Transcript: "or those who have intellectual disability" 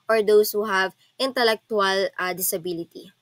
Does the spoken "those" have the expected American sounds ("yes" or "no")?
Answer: no